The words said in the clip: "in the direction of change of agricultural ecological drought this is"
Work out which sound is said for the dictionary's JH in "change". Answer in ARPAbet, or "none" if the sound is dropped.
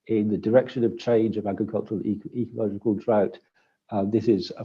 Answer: JH